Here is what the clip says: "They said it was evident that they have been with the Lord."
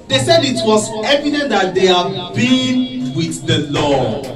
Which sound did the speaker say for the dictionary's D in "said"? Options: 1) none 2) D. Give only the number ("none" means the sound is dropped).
2